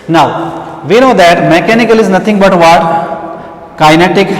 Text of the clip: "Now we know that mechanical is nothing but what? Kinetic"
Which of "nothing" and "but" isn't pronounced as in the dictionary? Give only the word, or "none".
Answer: nothing